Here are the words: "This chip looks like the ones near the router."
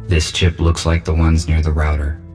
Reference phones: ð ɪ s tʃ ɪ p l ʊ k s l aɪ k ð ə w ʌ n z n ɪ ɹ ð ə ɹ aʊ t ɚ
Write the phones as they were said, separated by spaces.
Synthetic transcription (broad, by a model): ð ɪ s tʃ ɪ p l ʊ k s l aɪ k ð ə w ʌ n z n ɪ ɹ ð ə ɹ aʊ t ɚ